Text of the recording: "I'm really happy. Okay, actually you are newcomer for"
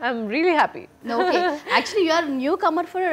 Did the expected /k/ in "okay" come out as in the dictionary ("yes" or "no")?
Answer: no